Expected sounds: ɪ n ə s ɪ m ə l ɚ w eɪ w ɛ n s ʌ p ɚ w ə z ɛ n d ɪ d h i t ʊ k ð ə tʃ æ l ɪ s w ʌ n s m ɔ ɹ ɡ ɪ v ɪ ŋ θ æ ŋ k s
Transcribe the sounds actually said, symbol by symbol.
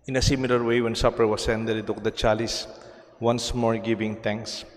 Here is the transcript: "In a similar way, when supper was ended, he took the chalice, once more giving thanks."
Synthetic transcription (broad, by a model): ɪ n ə s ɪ m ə l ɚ w eɪ w ɛ n s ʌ p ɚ w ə s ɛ n d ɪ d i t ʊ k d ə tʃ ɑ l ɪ s w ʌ n s m ɔ ɹ ɡ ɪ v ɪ ŋ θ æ ŋ k s